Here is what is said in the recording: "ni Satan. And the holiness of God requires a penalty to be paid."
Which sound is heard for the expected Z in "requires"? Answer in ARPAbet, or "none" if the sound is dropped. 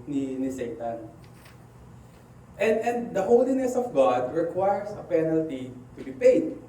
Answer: S